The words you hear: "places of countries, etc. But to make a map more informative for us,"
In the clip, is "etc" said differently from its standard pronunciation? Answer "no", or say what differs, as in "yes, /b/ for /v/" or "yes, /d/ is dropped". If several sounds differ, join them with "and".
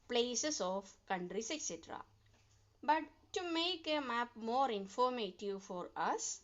no